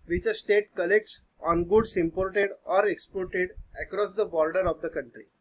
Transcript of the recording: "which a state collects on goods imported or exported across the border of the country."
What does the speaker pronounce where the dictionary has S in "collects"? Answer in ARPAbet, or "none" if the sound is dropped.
S